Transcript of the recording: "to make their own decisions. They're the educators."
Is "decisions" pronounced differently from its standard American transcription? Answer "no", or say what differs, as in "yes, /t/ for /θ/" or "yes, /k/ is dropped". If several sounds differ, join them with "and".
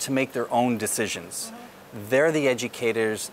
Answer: no